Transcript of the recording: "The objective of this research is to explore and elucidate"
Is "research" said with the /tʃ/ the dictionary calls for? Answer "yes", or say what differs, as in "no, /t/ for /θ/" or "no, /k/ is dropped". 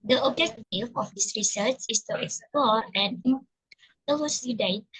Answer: no, /s/ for /tʃ/